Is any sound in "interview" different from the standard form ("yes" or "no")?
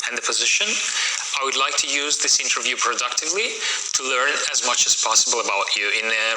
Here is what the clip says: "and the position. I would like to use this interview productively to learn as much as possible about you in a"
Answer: no